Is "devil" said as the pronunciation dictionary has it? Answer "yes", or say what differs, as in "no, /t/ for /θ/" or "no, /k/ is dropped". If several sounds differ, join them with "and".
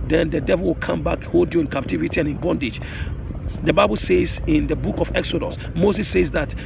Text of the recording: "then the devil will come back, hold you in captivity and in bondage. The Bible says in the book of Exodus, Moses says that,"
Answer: yes